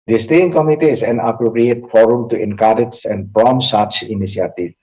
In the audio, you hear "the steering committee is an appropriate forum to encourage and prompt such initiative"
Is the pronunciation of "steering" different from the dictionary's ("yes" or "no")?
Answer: yes